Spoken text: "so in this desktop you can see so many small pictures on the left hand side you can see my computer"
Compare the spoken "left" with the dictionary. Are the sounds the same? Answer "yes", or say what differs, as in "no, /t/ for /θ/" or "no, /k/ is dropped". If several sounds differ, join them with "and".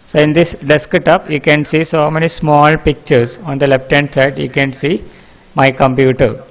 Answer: no, /p/ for /f/